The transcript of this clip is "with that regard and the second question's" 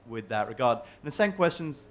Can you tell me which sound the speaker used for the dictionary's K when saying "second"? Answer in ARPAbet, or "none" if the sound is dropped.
none